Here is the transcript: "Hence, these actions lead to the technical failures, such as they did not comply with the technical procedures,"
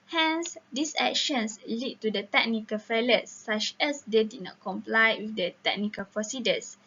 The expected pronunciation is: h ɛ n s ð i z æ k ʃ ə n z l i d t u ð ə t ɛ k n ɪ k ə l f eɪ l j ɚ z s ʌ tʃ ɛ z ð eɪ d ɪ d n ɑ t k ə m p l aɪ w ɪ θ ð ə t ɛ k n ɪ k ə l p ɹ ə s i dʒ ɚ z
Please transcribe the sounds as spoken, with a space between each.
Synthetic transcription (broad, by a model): h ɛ n s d i s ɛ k ʃ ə n s l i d t u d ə t ɛ k n ɪ k ə l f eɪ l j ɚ s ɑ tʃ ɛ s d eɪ d ɪ d n ɑ t k ə m p l aɪ w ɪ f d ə t ɛ k n ɪ k ə l p ɹ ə s i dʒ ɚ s